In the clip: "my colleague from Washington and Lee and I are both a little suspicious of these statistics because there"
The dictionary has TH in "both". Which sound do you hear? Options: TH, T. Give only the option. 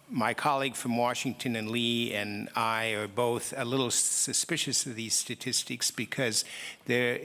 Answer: TH